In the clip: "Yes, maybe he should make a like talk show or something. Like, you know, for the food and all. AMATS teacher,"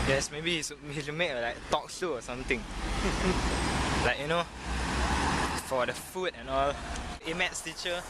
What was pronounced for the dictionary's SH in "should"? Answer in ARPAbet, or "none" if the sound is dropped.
S